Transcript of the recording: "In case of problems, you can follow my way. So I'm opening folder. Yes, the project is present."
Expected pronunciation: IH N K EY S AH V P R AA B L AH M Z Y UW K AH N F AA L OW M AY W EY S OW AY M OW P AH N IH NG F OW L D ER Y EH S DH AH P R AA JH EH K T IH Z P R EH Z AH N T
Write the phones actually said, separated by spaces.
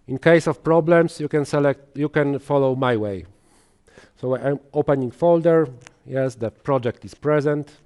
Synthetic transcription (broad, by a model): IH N K EY S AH F P R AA B L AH M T Y UW K AH N F AA L OW M AY W EY S OW AY M OW P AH N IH NG F OW L D ER Y EH S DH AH P R AA JH EH K T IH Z P R EH Z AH N T